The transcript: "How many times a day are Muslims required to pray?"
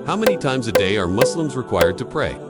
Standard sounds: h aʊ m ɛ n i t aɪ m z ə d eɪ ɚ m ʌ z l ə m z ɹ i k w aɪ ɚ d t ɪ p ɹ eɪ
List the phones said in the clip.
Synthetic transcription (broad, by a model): h aʊ m ɛ n i t aɪ m z ə d eɪ ɚ m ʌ s l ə m z ɹ i k w aɪ ɚ d t ɪ p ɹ eɪ